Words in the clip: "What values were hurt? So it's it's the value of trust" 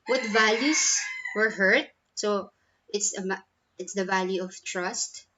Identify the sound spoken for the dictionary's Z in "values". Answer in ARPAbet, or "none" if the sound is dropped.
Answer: S